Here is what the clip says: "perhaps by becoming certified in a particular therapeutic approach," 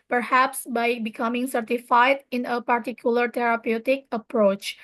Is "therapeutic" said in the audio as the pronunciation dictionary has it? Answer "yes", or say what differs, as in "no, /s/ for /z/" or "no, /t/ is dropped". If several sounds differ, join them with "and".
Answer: no, /t/ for /θ/